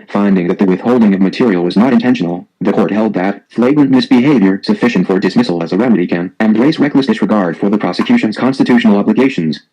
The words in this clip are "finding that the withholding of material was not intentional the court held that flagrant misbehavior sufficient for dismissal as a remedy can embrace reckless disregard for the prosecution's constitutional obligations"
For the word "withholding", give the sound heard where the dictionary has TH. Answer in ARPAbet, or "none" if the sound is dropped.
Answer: TH